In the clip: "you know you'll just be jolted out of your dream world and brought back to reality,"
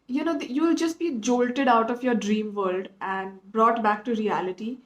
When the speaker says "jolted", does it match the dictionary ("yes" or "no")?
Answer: yes